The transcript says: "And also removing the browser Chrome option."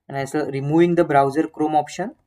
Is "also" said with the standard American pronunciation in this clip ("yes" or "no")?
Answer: no